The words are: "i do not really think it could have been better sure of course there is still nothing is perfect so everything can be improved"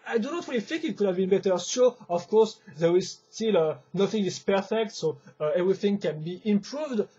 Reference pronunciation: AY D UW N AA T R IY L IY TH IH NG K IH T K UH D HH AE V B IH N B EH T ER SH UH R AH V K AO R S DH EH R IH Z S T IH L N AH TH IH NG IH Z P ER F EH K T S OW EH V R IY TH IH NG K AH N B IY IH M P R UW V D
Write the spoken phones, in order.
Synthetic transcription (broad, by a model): AY D UW N AA T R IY L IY TH IH NG K IH T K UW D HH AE V B IH N B EH T ER S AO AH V K AO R S DH EH R IH Z S T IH L N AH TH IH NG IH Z P ER F EH K T S OW EH V R IY TH IH NG K AH N B IY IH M P R UW V D